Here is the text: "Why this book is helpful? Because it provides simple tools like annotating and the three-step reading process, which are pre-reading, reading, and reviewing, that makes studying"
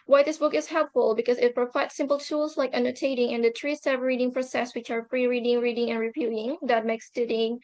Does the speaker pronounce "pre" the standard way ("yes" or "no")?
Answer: no